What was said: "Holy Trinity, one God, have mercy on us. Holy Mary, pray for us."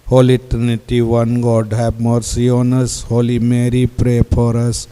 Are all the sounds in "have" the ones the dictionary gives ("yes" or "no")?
no